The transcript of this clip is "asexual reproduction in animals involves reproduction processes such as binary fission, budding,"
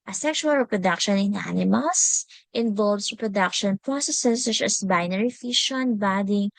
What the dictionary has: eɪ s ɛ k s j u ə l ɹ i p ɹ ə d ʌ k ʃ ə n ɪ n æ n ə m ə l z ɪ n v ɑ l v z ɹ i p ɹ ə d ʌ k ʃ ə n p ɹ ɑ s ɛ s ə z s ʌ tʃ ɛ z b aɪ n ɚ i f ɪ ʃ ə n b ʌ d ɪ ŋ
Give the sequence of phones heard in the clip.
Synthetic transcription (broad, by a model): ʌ s ɛ k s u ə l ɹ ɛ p ɹ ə d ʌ k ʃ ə n ɪ n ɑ n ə m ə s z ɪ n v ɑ l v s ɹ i p ɹ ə d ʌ k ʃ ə n p ɹ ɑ s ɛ s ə s ʌ tʃ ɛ s b aɪ n ɚ i f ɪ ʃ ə n b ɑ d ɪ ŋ